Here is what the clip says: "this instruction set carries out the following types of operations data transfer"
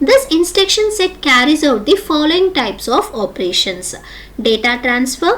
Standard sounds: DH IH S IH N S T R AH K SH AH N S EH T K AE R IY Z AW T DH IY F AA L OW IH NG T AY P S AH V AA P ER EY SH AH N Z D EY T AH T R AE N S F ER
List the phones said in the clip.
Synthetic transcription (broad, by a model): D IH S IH N S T EH K SH AH N S EH T K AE R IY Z AW T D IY F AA L OW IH NG T AY P S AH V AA P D EY SH AH N S D EY T AH T R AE N S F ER